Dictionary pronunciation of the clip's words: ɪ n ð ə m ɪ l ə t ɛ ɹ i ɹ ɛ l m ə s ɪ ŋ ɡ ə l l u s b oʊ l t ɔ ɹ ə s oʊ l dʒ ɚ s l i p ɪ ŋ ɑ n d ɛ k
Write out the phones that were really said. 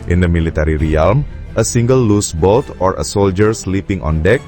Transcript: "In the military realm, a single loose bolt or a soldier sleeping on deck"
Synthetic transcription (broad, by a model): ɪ n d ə m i l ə t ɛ ɹ i ɹ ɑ l m ə s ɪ ŋ ɡ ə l l u s b oʊ l t ɔ ɹ ə s oʊ l dʒ ɚ s l i p ɪ ŋ ɑ n d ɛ k